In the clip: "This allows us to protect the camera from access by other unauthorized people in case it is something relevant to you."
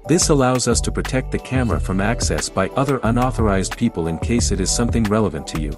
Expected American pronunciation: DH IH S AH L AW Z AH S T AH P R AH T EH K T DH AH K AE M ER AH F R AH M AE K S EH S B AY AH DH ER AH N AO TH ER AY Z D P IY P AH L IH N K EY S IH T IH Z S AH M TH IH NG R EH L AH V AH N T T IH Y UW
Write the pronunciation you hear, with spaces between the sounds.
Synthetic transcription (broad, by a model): DH IH S AH L AW Z AH S T AH P R AH T EH K T DH AH K AE M ER AH F R AH M AE K S EH S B AY AH DH ER AH N AO TH ER AY Z D P IY P AH L IH N K EY S IH T IH Z S AH M TH IH NG R EH L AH V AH N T T IH Y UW